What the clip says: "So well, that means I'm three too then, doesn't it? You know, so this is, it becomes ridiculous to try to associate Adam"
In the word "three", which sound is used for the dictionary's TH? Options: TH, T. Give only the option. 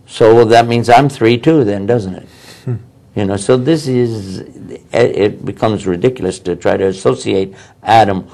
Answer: TH